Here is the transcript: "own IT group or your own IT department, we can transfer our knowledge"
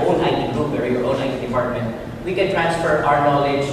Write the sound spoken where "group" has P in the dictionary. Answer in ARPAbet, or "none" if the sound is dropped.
B